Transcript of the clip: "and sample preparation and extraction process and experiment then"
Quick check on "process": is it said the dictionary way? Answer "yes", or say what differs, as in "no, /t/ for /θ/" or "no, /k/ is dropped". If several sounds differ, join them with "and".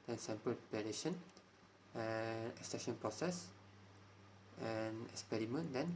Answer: yes